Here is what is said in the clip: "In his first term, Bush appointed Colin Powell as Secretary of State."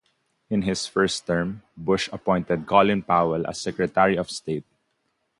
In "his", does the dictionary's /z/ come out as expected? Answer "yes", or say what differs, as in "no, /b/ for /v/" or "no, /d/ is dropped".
no, /s/ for /z/